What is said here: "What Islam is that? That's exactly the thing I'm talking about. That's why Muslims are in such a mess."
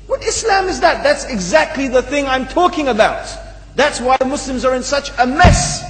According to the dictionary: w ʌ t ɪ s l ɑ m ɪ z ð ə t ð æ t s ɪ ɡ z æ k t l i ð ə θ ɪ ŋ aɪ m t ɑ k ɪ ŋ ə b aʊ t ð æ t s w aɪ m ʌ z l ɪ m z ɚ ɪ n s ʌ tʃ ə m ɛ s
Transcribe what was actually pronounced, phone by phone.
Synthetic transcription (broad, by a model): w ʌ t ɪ s l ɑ m ɪ z ð ə t ð æ t s ɪ ɡ z æ k t l i ð ə θ ɪ ŋ aɪ m t ɑ k ɪ ŋ ə b aʊ t ð æ t s w aɪ m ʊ s l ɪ m z ɚ ɪ n s ʌ tʃ ə m ɛ s